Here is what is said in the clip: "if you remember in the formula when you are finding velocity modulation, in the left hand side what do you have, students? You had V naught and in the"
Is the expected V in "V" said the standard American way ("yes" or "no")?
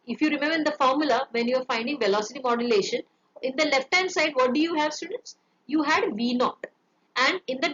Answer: yes